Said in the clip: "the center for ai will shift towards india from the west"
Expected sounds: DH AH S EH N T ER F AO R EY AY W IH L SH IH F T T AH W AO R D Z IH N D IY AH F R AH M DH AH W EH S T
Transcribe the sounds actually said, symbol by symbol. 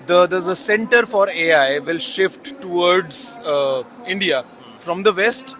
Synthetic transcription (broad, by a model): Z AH S EH N T ER F AO R EY AY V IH L SH IH F T T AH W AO R D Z IH N D IY AH F R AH M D AH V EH S T